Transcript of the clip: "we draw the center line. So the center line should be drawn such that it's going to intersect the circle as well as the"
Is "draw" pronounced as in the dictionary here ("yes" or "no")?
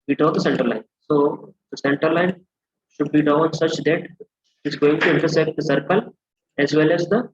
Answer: no